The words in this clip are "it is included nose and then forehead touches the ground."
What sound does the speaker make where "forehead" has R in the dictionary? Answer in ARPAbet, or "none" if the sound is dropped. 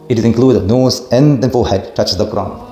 L